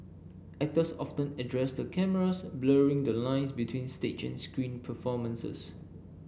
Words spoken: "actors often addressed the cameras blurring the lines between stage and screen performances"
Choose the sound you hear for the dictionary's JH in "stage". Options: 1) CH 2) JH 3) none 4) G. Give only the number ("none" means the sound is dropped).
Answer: 1